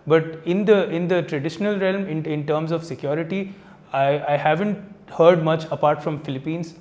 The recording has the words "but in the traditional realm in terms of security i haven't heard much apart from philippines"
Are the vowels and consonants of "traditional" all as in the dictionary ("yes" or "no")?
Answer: yes